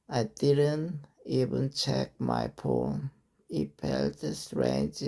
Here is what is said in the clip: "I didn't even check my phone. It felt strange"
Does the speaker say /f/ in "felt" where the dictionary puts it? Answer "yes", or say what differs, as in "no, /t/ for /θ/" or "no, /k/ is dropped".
no, /p/ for /f/